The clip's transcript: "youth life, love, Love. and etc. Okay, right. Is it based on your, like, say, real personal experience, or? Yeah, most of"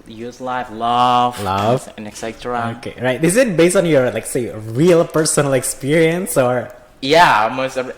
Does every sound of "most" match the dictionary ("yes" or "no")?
no